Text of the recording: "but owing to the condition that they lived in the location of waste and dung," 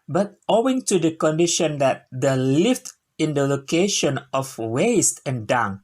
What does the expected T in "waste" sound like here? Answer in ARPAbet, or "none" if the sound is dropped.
T